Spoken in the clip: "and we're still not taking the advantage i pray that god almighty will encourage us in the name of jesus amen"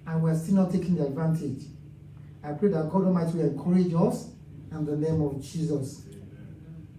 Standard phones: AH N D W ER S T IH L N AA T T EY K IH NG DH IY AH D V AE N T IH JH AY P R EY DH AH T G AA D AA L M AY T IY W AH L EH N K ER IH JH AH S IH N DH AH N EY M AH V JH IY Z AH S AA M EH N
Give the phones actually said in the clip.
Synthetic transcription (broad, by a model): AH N W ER S T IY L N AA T T EY K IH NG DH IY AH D V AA N T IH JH AY P R EY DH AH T G AA D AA M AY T W AH L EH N K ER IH JH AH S IH N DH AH N EY M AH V JH IY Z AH S